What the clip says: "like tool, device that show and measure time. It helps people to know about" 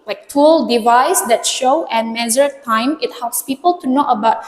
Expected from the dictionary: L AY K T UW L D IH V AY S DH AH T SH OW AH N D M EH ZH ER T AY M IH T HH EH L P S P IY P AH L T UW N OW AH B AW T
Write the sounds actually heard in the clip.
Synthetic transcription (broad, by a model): L AY K T UW L D IH V AY S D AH T SH OW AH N M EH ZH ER T AY M IH T HH EH L P S P IY P AH L T UW N OW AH B AW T